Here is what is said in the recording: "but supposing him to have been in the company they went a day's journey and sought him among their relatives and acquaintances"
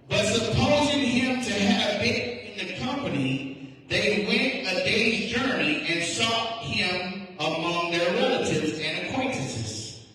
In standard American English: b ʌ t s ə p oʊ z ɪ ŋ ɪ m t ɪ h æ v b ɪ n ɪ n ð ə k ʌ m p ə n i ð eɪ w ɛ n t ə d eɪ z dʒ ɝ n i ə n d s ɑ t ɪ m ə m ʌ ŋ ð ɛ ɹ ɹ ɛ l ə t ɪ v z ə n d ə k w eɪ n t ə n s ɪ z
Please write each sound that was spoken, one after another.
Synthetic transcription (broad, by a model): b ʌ t s ə p oʊ z ɪ ŋ ɪ m t ɪ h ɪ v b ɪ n ɪ n ð ə k ʌ m p ə n i ð eɪ w ɛ n t ə d eɪ z dʒ ɝ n i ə n s ɑ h ɪ m ə m ʌ ŋ ð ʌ ɹ ɹ ɛ l ə t ɪ v z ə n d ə k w eɪ n t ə n s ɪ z